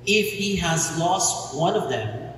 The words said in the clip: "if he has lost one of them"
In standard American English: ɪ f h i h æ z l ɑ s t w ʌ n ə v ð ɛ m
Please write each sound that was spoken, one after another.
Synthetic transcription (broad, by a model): ɪ f h i h æ z l ɑ s t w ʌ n ə v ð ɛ m